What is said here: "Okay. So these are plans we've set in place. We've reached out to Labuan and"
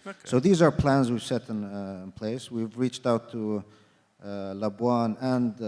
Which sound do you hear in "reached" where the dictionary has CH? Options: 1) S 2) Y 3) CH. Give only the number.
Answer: 3